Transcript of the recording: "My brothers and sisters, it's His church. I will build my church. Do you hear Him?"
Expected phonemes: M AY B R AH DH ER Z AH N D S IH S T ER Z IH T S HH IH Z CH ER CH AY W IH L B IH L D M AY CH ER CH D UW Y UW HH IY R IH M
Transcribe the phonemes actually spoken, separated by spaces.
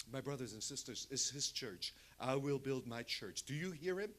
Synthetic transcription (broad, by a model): M AY B R AH DH ER Z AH N S IH S T ER Z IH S HH IH Z CH ER CH AY W IH L B IH L D M AY CH ER CH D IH Y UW HH IY R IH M